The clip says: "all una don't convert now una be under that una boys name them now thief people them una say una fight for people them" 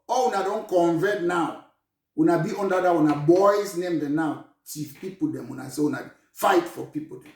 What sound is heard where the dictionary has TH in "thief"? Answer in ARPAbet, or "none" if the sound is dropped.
T